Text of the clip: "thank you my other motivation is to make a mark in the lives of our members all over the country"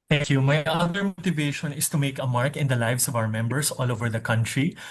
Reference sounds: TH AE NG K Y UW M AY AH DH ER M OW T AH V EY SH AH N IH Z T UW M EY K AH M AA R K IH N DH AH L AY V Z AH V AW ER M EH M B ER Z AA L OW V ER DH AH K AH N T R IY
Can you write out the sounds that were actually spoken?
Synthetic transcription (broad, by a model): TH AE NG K Y UW M AY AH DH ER M OW T AH V EY SH AH N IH S T UW M EY K AH M AA R K IH N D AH L AY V S AH V AW ER M EH M B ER S AA L OW V ER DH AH K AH N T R IY